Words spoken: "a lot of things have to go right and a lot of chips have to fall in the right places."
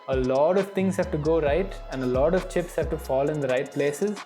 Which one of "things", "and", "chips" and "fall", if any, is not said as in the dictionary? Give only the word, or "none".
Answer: things